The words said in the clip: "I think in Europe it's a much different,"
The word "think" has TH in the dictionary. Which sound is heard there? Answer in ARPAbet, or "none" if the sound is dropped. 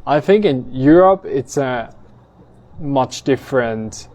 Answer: TH